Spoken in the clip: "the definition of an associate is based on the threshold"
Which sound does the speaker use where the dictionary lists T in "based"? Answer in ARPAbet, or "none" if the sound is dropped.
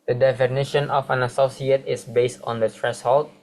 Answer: T